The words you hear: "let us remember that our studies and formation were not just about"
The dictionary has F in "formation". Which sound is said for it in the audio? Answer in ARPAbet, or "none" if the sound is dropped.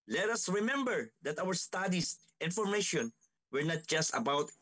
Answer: F